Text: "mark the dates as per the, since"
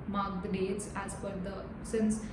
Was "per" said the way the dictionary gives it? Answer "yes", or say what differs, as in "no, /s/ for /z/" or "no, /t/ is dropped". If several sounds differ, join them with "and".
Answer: no, /f/ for /p/